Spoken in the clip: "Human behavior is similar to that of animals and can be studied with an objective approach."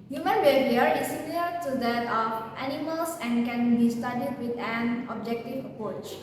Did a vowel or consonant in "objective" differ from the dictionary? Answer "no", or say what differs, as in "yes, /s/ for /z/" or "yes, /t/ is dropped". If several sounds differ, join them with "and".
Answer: no